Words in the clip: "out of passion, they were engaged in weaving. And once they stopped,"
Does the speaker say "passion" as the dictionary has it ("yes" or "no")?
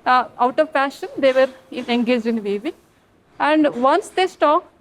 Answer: no